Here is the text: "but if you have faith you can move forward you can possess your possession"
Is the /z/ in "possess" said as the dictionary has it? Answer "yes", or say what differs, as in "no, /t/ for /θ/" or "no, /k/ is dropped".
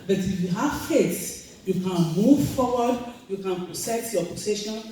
no, /s/ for /z/